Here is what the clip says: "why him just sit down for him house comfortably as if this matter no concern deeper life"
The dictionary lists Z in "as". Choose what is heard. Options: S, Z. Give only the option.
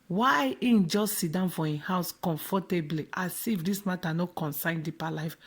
S